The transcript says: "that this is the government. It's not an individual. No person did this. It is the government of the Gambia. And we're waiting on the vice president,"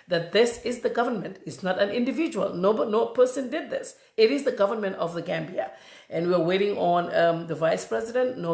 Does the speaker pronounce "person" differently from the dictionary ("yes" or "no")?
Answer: no